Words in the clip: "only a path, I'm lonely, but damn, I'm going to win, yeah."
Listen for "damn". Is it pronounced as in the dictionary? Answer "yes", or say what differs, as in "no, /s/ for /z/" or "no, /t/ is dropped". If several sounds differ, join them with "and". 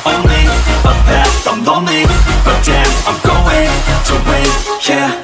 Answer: no, /m/ is dropped